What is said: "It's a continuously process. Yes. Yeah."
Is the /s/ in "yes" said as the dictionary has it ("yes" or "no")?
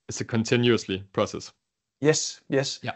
yes